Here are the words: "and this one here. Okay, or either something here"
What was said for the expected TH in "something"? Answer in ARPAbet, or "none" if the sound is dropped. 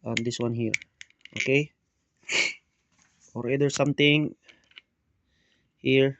T